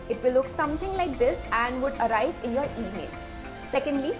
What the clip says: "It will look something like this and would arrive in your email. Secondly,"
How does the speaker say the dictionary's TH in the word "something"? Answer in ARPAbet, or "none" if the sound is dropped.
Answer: T